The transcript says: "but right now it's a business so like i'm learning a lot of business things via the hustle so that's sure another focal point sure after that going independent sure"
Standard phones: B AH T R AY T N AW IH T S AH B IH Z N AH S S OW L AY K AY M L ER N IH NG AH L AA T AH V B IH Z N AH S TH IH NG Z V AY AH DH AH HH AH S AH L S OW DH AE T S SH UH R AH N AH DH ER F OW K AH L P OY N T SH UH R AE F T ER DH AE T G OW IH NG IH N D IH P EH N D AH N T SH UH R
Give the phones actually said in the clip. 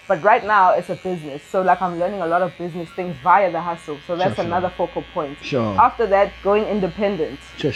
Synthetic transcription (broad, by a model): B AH T R AY T N AW IH T S AH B IH Z N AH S S OW L AY K AY M L ER N IH NG AH L AA T AH V B IH Z N AH S TH IH NG Z V AY AH DH AH HH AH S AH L S OW DH AE T S AH N AH DH ER F OW K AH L P OY N T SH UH AE F T ER DH AE T G OW IH NG IH N D IH P EH N D AH N T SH